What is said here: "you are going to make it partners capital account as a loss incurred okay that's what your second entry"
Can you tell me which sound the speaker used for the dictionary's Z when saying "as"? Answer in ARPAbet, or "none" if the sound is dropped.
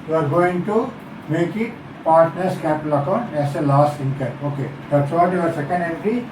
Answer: S